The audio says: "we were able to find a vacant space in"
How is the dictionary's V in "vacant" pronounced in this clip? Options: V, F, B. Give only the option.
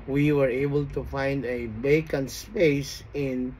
B